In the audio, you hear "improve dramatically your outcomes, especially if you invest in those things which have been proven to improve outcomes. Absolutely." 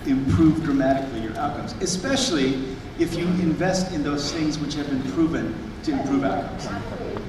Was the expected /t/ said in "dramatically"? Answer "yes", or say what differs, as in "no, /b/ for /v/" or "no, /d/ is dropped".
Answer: yes